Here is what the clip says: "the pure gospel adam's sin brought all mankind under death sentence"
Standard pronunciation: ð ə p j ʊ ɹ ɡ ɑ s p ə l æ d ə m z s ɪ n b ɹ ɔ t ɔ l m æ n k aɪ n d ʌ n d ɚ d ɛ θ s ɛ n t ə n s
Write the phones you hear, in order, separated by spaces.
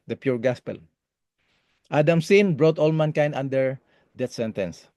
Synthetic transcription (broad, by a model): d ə p j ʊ ɹ ɡ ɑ s p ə l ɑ d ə m s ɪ n b ɹ ɔ t ɔ l m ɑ n k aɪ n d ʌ n d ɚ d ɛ t s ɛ n t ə n s